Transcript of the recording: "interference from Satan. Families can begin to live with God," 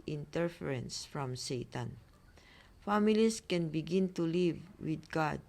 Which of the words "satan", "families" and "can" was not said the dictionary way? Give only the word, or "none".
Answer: families